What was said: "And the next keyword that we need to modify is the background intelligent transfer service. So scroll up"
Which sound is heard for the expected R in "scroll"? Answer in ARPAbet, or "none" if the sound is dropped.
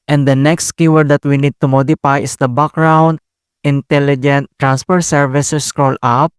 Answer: R